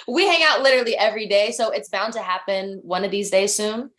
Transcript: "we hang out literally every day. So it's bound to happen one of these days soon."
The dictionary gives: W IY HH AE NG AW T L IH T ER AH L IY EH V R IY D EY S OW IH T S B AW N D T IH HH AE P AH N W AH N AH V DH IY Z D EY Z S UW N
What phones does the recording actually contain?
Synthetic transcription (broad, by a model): W IY HH AE NG AW T L IH T ER L IY EH V R IY D EY S OW IH T S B AW N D T IH HH AE P AH N W AH N AH V DH IY Z D EY Z S UW N